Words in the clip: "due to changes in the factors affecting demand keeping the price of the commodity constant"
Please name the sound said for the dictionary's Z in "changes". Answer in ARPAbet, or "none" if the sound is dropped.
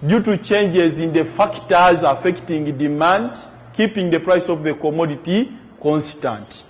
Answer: Z